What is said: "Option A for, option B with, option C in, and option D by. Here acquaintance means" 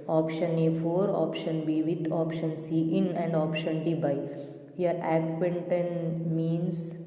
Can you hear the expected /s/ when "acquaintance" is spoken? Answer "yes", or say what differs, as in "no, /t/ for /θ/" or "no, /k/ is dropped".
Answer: no, /s/ is dropped